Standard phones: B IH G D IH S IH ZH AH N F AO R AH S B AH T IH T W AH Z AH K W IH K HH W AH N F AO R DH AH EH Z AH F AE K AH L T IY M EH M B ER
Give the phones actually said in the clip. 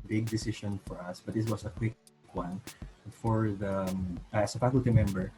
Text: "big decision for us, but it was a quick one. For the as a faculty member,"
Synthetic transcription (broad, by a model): B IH G D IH S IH SH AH N F AO R AH S B AH T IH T W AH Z AH K W IH K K W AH N F AO R DH AH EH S AH F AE K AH L T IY M EH M B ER